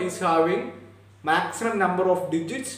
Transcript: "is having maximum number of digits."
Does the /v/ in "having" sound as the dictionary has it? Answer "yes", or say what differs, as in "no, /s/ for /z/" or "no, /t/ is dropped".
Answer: no, /w/ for /v/